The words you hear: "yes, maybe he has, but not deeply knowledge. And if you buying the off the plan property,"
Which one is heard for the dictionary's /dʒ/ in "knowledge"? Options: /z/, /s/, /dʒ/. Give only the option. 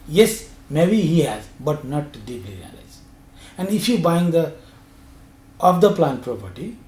/z/